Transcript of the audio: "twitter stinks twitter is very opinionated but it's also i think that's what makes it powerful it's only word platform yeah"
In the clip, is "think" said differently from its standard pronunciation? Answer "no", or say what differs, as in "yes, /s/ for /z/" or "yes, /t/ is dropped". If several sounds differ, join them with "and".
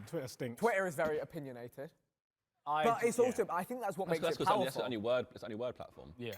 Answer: no